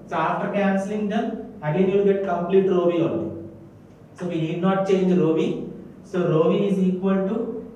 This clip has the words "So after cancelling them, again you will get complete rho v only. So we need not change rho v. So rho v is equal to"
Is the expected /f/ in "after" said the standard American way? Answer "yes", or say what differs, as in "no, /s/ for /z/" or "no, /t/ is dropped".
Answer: no, /f/ is dropped